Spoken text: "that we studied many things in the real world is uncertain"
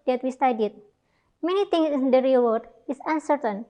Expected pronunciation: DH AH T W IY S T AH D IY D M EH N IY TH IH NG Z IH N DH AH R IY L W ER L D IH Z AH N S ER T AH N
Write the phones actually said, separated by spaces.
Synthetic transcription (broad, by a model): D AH T W IY S T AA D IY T M EH N IY T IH NG S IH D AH R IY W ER D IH S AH N S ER T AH N